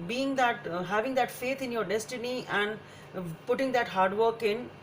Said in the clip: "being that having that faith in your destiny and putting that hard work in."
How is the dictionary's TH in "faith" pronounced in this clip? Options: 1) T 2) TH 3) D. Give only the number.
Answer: 1